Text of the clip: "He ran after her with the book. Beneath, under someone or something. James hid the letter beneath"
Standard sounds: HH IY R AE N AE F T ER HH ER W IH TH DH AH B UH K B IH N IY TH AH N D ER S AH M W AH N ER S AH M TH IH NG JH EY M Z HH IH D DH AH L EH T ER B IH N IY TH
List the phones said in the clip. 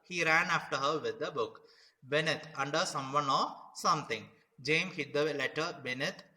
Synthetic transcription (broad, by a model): HH IY R AE N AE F T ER HH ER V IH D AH B UH K B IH N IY T AH N D ER S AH M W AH N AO S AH M T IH NG JH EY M HH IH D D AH L EH T ER B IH N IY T